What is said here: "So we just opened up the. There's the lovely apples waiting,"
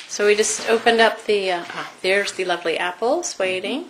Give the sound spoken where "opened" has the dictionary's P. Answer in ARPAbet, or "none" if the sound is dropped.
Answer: P